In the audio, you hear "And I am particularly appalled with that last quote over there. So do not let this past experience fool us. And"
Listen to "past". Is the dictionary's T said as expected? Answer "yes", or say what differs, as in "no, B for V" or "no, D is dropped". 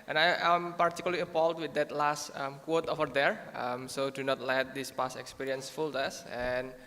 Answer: no, T is dropped